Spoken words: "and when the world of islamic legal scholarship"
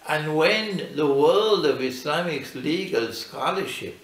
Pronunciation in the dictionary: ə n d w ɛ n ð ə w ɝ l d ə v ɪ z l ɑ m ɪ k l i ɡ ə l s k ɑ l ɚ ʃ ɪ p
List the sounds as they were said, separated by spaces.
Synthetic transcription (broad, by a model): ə n w ɛ n ð ə w ɝ l d ə v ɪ s l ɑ m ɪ k l i ɡ ə l s k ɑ l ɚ ʃ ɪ p